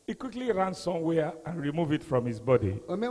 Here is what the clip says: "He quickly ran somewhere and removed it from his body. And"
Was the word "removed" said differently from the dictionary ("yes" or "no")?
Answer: yes